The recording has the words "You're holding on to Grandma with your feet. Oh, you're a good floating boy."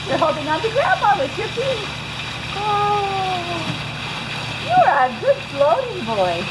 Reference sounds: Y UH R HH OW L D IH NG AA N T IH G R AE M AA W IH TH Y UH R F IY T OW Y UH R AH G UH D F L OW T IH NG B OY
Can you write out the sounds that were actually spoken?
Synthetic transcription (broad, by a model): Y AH R HH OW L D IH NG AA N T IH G R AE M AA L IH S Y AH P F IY OW Y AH R AH G UH D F L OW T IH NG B OY